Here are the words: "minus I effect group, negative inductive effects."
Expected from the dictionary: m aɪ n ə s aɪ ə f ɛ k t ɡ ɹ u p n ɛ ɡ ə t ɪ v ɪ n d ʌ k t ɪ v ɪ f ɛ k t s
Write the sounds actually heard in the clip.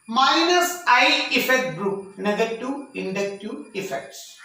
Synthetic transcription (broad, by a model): m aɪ n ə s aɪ ə f ɛ k t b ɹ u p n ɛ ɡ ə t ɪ ɪ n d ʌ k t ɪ ɪ f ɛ k t s